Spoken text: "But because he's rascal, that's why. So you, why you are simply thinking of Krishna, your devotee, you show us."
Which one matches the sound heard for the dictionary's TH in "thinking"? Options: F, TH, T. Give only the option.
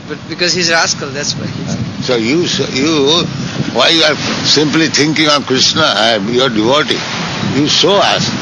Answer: T